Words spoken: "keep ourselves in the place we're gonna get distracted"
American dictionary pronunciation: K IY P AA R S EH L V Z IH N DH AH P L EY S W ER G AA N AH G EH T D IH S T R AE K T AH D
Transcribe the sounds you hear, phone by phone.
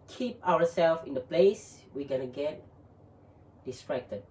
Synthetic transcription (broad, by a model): K IY P AA W S EH L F IH N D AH P L EY S W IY G AA N AH G EH T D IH S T R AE K T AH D